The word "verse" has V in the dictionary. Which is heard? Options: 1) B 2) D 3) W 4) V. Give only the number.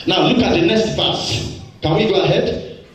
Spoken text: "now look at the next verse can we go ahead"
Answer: 1